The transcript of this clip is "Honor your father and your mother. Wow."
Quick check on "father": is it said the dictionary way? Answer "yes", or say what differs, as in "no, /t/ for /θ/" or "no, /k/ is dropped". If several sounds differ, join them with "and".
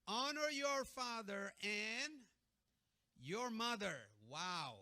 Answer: yes